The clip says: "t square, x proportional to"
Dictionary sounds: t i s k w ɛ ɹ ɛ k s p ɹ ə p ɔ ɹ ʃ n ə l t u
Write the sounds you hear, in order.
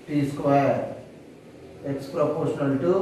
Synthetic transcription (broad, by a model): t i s k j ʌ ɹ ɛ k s p ɹ ə p ɔ ɹ ʃ n ə l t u